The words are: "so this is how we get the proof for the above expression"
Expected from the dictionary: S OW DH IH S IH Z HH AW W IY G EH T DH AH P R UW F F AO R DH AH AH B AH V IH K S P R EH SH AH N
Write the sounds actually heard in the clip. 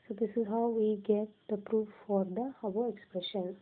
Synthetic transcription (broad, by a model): S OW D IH S IH Z HH AW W IY G EH T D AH P R UW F F AO R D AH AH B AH IH K S P R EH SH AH N